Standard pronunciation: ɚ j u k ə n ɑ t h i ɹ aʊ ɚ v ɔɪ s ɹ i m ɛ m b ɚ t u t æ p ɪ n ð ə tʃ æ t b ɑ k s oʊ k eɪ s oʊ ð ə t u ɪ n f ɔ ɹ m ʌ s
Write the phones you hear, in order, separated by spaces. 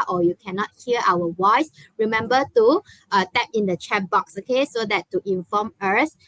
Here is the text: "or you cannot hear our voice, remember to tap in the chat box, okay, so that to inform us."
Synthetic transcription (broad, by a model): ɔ j u k ə n ɑ t h i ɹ aʊ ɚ w ɔɪ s ɹ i m ɛ m b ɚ t u t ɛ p ɪ n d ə tʃ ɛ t b ɑ k s oʊ k eɪ s oʊ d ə t u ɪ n f ɔ m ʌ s